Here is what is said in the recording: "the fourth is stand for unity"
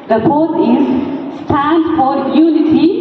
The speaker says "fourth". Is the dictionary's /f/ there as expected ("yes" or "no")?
no